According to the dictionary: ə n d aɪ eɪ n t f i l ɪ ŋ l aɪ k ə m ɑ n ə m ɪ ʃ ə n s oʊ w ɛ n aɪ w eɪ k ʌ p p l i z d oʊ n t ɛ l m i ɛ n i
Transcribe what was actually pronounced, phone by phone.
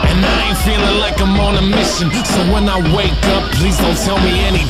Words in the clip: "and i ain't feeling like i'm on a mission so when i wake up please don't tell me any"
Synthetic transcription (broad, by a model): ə n aɪ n f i l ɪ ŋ l aɪ k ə m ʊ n ə m ɪ ʃ ə n s oʊ w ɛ n aɪ w eɪ k ʌ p p l i z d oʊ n t ɛ l m i ɛ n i